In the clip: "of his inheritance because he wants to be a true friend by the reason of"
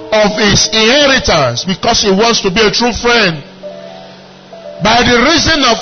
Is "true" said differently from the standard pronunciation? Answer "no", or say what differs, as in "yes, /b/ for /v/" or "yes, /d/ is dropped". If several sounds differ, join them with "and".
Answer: no